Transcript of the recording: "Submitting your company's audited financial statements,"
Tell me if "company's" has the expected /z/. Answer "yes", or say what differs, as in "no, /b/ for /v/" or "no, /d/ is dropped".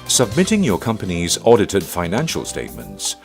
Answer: yes